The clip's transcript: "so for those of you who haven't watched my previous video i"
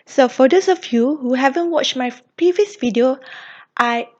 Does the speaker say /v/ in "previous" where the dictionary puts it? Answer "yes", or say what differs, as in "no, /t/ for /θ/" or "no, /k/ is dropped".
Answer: yes